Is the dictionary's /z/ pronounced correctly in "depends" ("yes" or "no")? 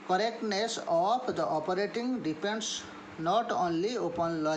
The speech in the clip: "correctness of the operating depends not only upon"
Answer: no